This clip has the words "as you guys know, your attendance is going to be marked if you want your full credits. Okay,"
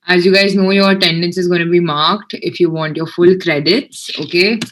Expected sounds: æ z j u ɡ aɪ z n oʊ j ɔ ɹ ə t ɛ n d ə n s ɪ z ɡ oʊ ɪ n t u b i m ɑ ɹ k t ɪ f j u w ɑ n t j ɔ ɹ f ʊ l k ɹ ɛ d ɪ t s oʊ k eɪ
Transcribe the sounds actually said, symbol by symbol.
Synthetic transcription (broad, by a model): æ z j u ɡ aɪ z n oʊ j ɔ ɹ t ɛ n d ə n s ɪ z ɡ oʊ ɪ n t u b i m ɑ ɹ k t ɪ f j u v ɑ n t j ɔ ɹ f ʊ l k ɹ ɛ d ɪ t s oʊ k eɪ